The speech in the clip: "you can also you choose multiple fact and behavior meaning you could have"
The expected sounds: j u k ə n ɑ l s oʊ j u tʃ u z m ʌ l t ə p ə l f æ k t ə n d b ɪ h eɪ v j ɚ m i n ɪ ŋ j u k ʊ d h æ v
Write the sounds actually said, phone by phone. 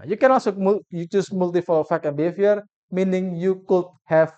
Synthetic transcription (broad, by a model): j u k ə n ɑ l s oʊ j u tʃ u s m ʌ l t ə f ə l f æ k ə n b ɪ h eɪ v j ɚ m i n ɪ ŋ j u k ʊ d h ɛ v